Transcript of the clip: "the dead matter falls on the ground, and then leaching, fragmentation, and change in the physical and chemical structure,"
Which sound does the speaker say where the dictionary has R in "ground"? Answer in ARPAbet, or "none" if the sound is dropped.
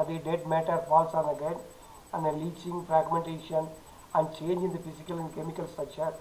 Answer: none